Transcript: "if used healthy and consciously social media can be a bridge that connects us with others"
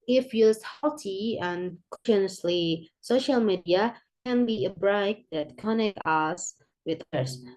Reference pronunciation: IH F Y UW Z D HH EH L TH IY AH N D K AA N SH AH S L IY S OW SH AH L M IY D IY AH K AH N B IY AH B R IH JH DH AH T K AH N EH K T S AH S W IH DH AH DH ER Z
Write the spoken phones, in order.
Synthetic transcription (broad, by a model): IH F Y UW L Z HH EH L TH IY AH N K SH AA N AH S L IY S OW SH AH L M IY D IY AH K AH N B IY AH B R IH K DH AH T K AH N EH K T AH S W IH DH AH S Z